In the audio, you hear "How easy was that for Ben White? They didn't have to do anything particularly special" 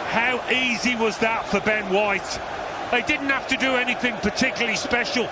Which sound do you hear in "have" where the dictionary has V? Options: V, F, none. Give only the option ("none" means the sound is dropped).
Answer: F